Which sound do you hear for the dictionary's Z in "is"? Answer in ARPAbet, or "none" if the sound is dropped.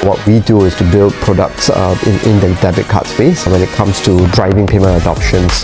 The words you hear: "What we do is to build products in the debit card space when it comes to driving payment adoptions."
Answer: S